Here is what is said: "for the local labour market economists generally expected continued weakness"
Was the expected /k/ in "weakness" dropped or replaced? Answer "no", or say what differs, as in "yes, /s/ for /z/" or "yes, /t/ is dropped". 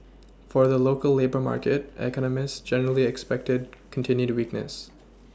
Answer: no